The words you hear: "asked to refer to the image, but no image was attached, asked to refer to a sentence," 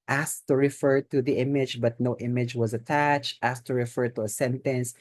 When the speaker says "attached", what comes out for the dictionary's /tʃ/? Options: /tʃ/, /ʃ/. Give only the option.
/tʃ/